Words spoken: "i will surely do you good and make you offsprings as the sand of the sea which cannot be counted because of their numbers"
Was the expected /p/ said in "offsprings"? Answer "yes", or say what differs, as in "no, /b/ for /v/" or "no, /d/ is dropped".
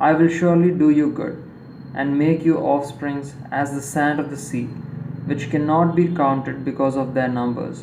yes